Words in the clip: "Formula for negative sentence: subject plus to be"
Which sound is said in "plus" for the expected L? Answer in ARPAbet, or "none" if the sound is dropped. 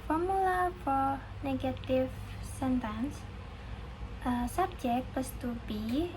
none